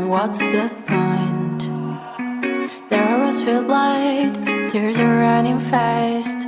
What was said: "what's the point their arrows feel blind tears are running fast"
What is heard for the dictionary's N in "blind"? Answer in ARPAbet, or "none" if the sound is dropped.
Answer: none